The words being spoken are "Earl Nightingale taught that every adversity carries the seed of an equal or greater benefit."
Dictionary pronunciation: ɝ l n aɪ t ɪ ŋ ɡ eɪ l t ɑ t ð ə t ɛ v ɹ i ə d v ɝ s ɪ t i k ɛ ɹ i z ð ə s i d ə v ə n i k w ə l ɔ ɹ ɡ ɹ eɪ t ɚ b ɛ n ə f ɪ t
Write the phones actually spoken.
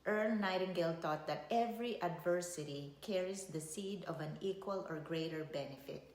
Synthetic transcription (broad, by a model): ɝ n aɪ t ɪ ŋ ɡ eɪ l t ɑ t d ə t ɛ v ɹ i ə d v ɝ s ɪ t i k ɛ ɹ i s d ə s i d ə v ə n i k w ə l ɔ ɹ ɡ ɹ eɪ t ɚ b ɛ n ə f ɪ t